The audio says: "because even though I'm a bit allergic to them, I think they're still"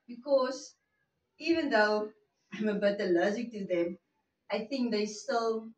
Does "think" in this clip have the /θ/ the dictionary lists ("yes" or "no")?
yes